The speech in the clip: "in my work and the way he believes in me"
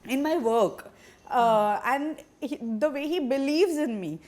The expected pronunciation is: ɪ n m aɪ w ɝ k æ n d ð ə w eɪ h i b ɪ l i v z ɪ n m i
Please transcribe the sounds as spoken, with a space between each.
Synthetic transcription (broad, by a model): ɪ n m aɪ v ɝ k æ n d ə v eɪ h i b ɪ l i v z ɪ n m i